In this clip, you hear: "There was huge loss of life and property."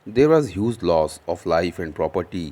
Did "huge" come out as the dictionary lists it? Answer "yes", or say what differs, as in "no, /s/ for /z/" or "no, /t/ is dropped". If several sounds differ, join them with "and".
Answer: no, /z/ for /dʒ/